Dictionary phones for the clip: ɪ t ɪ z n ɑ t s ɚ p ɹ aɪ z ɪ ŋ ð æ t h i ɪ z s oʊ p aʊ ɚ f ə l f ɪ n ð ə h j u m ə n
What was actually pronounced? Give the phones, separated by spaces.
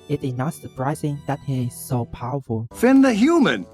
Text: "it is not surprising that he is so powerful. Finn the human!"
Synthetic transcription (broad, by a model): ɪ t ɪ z n ɑ t s ɚ p ɹ aɪ z ɪ ŋ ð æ t h i ɪ z s oʊ p aʊ ɚ f ə l f ɪ n ð ə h j u m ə n